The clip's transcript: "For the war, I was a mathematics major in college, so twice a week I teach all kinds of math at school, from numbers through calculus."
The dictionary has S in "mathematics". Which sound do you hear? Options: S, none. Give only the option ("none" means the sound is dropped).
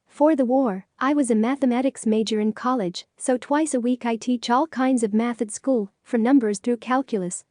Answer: S